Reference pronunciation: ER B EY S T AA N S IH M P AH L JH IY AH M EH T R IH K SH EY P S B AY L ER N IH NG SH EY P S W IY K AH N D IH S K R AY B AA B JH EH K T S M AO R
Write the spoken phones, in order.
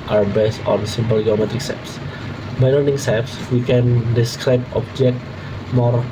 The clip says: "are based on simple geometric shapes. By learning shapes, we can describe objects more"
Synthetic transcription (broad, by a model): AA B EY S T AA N S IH M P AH L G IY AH M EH T R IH K S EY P S B AY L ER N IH NG S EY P S W IY K AH N D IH S K R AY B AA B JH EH K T M AO R